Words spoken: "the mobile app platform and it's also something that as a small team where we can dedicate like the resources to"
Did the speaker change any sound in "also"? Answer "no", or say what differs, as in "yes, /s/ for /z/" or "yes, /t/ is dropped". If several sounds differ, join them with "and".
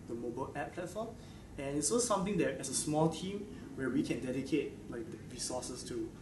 yes, /l/ is dropped